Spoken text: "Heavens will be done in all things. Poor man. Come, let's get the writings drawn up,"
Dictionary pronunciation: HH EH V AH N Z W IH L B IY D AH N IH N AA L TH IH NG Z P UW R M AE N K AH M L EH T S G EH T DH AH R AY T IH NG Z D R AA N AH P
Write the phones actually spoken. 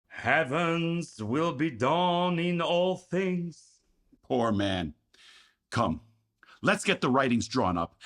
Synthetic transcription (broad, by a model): HH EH V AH N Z W IH L B IY D AH N IH N AA L TH IH NG Z P UW R M AE N K AH M L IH T S G EH T DH AH R AY T IH NG Z D R AA N AH P